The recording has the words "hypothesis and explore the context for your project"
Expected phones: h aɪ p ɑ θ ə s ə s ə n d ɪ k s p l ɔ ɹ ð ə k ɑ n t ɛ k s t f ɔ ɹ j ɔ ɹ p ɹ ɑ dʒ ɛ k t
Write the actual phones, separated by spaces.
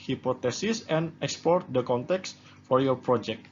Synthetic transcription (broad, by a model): h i p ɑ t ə s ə s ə n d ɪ k s p ɔ ɹ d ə k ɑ n t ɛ k s f ɔ ɹ j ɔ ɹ p ɹ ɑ dʒ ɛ k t